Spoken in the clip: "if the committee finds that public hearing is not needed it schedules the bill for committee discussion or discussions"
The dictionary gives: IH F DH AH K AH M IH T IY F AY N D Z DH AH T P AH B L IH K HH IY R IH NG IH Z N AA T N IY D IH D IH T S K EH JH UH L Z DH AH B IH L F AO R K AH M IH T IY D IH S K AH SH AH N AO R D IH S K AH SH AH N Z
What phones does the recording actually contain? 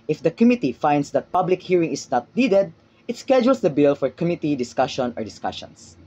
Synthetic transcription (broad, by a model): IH F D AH K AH M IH T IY F AY N D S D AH T P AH B L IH K HH IY R IH NG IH S N AA T N IY D IH D IH T S K EH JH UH L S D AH B IH L F AO R K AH M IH T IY D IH S K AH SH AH N AO R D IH S K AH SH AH N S